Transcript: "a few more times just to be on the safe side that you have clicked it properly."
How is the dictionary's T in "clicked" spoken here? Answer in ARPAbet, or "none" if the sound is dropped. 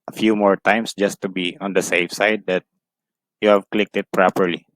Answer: T